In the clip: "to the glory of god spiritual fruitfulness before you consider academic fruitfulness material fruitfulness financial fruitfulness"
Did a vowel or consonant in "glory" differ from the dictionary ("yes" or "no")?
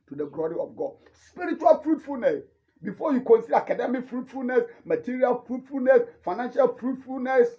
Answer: no